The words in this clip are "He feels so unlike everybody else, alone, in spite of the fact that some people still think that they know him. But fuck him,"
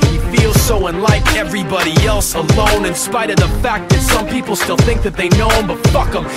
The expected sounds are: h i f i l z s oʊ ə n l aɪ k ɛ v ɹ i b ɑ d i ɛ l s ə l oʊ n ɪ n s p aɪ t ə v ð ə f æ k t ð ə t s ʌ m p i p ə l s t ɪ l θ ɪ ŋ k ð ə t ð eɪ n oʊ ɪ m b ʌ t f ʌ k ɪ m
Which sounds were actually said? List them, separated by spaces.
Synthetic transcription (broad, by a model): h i f i l z s oʊ ə n l aɪ k ɛ v ɹ i b ɑ d i ɛ l s ə l oʊ n ɪ n s p aɪ t ə v ð ə f æ k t ð ə t s ʌ m p i p l s t ɪ l θ ɪ ŋ k ð ə t ð eɪ n oʊ ɪ m b ʌ t f ʌ k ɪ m